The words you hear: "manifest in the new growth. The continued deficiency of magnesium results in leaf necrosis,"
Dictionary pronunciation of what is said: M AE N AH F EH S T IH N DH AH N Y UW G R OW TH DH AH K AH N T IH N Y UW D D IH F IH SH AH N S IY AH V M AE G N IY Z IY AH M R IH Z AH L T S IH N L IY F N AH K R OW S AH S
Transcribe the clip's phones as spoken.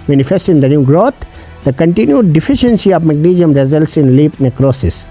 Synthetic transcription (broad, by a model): M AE N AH F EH S T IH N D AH N Y UW G R OW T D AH K AH N T IH N Y UW D D IH F IH SH AH N S IY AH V M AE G N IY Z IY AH M R IH Z AH L T S IH N L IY P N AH K R OW S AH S